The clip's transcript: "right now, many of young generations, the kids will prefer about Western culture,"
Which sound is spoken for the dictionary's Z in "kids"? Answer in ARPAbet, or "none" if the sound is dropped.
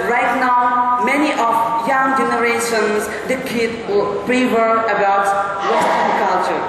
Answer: none